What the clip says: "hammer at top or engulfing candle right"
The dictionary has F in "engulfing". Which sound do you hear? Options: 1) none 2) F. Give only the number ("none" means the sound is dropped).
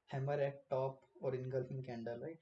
1